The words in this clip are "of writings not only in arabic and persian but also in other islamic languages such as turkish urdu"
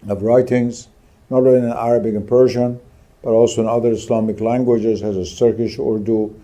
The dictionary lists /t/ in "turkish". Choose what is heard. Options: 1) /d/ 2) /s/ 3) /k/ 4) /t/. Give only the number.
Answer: 2